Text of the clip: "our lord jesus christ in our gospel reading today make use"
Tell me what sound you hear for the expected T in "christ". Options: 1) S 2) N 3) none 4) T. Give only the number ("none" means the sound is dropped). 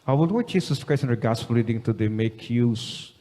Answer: 3